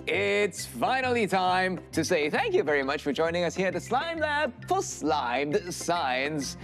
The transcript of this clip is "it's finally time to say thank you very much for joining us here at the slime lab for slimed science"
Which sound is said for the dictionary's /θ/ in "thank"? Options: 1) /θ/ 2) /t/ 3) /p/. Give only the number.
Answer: 1